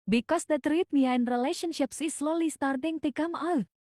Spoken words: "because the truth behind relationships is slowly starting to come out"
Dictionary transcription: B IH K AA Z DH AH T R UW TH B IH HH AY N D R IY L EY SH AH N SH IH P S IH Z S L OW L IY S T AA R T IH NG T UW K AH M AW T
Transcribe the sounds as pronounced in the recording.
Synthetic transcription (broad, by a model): B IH K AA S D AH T R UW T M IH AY N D R IY L EY SH AH N SH IH P S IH S L OW L IY S T AA R T IH NG T UW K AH M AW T